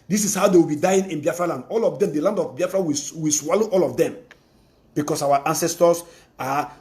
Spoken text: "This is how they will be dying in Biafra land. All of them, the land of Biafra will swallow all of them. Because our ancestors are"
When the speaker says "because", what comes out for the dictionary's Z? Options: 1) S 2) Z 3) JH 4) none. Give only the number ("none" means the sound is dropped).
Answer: 1